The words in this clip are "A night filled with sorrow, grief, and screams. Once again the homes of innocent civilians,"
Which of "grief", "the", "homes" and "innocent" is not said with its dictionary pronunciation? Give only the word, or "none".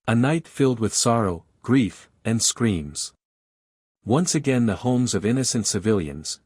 none